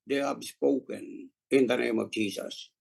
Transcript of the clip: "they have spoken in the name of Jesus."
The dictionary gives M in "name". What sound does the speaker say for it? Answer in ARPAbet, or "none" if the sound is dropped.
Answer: M